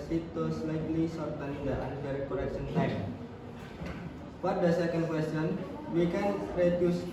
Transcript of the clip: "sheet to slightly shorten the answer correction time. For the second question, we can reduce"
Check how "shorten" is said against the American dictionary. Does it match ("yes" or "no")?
no